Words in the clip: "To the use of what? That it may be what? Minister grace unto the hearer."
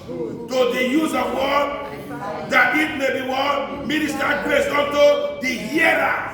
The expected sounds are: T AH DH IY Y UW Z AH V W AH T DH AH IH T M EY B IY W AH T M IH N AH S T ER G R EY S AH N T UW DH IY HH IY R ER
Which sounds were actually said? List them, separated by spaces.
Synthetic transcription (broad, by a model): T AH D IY Y UW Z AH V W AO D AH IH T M EY B IY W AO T M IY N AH S T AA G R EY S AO T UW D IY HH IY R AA